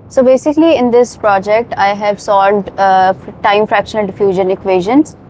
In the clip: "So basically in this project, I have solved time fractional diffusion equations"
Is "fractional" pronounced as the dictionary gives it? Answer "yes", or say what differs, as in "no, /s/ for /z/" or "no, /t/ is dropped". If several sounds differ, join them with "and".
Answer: yes